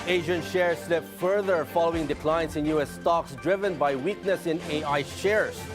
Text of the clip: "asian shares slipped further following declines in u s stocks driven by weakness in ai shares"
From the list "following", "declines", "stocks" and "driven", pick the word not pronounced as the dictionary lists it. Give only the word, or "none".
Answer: declines